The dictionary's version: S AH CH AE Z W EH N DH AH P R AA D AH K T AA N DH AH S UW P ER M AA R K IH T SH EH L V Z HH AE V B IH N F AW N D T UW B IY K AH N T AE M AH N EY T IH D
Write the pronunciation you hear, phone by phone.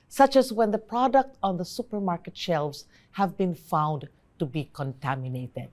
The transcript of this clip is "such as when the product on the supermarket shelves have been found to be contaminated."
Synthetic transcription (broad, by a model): S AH CH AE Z W EH N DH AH P R AA D AH K T AA N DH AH S UW P ER M AA R K IH T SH EH L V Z HH AE V B IH N F AW N D T UW B IY K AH N T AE M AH N EY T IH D